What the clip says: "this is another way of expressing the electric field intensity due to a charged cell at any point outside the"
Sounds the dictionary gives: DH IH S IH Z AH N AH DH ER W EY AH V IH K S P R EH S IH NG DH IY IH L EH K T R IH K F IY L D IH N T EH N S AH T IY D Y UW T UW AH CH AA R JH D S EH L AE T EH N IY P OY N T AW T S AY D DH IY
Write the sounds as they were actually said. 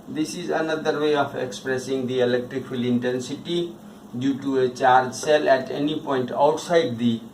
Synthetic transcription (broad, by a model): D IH S IH Z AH N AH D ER W EY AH F IH K S P R EH S IH NG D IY IH L EH K T R IH K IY L IH N T EH N S AH T IY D Y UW T UW AH CH AA R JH S EH L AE T EH N IY P OY N T AW T S AY D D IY